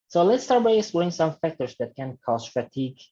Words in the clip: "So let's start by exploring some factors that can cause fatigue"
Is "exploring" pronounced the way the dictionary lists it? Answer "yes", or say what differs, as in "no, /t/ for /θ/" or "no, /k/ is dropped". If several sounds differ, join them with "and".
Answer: no, /k/ is dropped